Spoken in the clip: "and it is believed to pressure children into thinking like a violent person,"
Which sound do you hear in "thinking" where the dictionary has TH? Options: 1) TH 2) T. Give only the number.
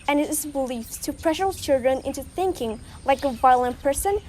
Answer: 1